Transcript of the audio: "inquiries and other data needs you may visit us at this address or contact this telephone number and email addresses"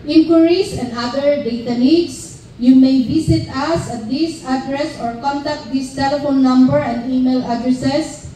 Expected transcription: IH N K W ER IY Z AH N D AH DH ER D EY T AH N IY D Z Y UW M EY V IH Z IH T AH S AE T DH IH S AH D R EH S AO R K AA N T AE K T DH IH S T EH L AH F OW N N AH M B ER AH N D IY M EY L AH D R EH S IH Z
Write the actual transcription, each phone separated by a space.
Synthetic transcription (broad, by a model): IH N K W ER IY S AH N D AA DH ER D EY T AH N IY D S Y UW M EY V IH S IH T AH S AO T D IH S AH D R EH S AO R K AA N T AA K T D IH S T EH L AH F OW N N AH M B ER AH N D IY M EY L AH D R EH S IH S